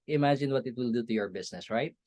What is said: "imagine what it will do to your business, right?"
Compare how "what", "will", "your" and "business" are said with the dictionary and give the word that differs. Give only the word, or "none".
business